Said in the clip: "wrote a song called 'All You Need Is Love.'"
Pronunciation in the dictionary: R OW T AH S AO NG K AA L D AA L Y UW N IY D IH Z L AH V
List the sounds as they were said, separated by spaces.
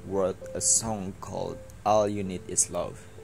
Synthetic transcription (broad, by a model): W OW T AH S AO NG K AA L D AA L Y UW N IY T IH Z L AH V